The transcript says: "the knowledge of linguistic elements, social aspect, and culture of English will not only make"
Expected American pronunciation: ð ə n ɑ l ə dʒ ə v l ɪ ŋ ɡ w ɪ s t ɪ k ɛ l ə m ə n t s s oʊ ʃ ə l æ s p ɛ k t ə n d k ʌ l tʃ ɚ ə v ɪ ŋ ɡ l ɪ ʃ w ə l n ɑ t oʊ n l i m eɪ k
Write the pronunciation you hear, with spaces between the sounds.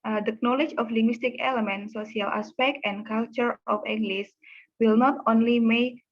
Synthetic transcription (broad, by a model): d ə n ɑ l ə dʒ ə f l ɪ ŋ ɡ w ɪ s t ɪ k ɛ l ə m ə n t s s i ə l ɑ s p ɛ k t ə n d k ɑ l tʃ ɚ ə f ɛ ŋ ɡ l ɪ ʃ w ə l n ɑ t oʊ n l i m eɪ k